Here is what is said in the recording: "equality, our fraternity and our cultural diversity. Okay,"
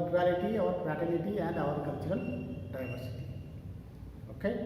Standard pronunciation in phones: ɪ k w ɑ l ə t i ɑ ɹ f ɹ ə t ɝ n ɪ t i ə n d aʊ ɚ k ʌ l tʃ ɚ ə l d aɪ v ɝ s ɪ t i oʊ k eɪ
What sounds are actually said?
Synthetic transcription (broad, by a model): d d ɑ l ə t i ɑ ɹ p ɹ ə t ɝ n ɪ t i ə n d aʊ ɚ k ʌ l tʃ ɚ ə l d aɪ v ɝ s ɪ t i oʊ k eɪ